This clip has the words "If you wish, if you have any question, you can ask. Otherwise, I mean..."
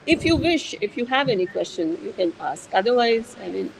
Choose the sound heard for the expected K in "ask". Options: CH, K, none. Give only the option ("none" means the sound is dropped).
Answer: K